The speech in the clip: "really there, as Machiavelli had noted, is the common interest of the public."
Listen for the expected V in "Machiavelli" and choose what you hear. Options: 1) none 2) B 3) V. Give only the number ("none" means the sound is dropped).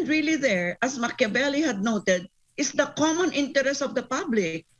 2